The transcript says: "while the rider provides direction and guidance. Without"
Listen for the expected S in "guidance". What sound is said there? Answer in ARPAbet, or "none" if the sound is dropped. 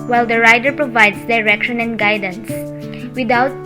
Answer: S